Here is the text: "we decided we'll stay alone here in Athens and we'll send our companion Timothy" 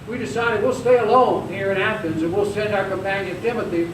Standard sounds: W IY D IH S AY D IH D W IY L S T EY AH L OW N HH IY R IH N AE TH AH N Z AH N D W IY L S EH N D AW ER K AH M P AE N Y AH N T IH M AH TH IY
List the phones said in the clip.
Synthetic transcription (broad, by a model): W IY D IH S AY D IH D W IY L S T EY AH L OW N HH IY R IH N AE F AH N Z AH N W IY L S EH N D AW ER K AH M P AE N Y AH N T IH M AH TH IY